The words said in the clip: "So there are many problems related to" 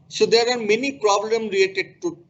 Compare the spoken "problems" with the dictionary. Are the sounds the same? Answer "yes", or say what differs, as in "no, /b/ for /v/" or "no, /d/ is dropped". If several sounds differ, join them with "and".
no, /z/ is dropped